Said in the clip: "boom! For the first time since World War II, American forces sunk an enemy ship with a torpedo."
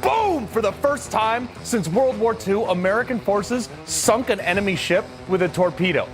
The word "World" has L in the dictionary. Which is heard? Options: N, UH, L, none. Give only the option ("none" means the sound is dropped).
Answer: L